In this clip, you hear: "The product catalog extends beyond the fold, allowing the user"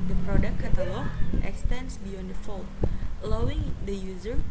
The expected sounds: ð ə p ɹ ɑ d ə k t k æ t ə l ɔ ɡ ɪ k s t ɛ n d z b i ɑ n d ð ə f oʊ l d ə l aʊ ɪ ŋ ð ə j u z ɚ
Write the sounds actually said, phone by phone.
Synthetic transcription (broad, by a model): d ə p ɹ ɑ d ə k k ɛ t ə l ɔ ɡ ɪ k s t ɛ n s b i ɑ n d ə f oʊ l ə l aʊ ɪ ŋ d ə j u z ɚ